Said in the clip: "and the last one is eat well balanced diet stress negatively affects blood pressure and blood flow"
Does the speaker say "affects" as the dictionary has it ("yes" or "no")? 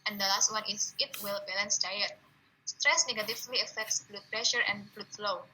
yes